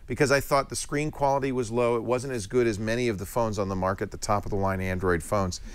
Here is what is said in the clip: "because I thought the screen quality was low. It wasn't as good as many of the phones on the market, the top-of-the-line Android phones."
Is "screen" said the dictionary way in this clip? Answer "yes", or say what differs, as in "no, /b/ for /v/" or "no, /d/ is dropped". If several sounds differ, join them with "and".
yes